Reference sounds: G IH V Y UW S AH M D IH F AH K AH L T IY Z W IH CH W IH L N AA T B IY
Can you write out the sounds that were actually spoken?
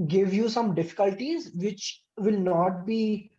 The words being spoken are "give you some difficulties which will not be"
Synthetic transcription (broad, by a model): G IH V Y UW S AH M D IH F AH K AH L T IY Z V IH CH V IH L N AA T B IY